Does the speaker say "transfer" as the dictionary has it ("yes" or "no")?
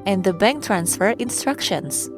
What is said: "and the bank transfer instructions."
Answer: yes